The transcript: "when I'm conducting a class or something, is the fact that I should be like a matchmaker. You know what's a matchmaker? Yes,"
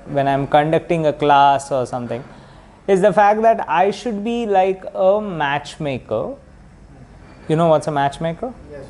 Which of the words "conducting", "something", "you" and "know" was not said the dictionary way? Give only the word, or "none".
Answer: something